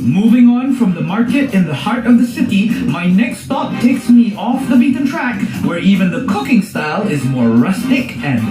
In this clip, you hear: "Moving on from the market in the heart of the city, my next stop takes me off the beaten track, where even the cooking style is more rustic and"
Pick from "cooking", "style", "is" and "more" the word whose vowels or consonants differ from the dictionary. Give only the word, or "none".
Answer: none